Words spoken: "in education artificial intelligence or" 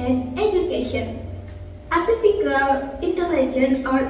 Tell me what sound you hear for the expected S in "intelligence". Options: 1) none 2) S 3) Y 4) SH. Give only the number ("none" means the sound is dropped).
1